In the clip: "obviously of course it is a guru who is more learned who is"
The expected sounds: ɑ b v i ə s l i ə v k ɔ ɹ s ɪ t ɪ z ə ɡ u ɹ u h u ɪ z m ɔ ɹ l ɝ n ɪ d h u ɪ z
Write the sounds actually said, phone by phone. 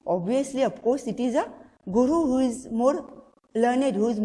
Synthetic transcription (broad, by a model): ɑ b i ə s l i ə p k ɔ s ɪ t ɪ z ə ɡ u ɹ u h u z m ɔ ɹ l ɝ n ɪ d h u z